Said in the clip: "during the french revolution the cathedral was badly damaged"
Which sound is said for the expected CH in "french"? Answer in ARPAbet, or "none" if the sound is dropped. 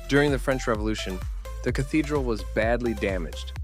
CH